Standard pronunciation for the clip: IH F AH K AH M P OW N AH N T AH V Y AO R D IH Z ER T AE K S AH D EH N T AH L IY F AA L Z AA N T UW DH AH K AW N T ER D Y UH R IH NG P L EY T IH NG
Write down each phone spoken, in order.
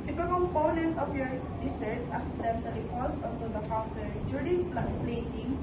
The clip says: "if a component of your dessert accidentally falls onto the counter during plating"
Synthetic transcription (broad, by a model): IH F AH K AH M P OW N AH N T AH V Y AO R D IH S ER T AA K S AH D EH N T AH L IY P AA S AA N T UW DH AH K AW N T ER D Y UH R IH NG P L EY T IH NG